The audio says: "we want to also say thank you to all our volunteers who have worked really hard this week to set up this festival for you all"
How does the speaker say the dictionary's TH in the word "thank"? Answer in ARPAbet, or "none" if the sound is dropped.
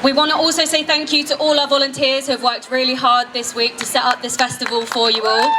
TH